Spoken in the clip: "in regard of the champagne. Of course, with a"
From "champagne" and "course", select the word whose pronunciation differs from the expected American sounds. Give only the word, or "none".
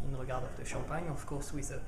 champagne